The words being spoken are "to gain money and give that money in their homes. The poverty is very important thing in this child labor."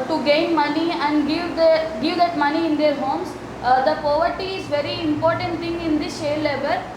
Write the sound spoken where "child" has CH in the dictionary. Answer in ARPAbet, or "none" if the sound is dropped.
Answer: SH